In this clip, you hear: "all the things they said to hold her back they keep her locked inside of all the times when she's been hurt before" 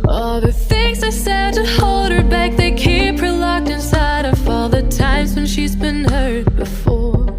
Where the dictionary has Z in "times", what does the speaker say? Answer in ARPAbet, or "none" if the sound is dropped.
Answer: Z